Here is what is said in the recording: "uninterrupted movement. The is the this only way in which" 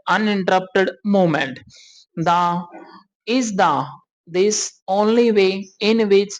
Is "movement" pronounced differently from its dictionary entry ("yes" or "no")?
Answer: yes